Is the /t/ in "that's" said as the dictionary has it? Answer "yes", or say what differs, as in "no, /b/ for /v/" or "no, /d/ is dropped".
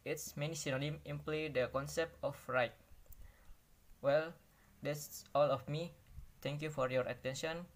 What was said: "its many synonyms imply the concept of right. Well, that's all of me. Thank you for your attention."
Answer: no, /s/ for /t/